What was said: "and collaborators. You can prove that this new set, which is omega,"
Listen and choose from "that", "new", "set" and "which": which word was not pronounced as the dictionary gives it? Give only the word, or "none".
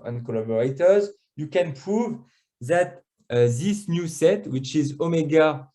none